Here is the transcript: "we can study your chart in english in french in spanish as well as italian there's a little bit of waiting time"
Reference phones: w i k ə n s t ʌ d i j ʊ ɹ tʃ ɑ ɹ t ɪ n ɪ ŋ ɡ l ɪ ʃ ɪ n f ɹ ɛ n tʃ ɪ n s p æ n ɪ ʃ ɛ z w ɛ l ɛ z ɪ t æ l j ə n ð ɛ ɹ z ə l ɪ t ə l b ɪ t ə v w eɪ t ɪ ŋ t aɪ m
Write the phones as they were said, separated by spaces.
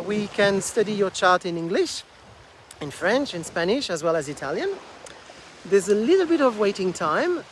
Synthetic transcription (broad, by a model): w i k ə n s t ʌ d i j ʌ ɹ tʃ ɑ ɹ t ɪ n ɪ ŋ ɡ l ɪ ʃ ɪ n f ɹ ɛ n tʃ ɪ n s p æ n ɪ ʃ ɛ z w ɛ l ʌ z ɪ t æ l j ə n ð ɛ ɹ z ə l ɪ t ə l b ɪ t ə v w eɪ t ɪ ŋ t aɪ m